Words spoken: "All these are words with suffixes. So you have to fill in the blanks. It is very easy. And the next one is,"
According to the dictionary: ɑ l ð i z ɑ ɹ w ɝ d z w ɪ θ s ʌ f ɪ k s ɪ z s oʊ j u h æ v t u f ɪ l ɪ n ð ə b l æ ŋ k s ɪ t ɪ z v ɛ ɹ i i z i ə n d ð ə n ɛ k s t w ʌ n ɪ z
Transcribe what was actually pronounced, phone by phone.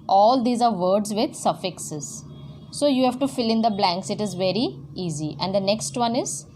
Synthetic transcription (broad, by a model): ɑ l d i z ɑ ɹ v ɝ d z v ɪ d s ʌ f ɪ k s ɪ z s oʊ j u h æ v t u f ɪ l ɪ n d ə b l æ ŋ k s ɪ t ɪ z v ɛ ɹ i i z i ə n d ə n ɛ k s t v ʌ n ɪ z